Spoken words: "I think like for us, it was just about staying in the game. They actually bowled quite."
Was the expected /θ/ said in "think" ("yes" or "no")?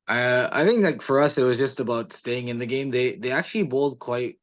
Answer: yes